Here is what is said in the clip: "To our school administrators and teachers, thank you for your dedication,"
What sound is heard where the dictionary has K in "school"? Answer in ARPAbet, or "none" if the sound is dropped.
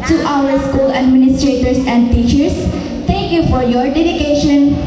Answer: K